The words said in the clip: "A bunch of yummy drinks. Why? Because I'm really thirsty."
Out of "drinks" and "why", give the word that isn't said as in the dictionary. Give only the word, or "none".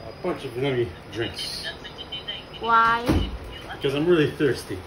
none